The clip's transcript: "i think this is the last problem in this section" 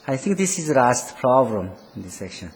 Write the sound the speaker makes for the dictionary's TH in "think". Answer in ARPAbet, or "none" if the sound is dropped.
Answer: T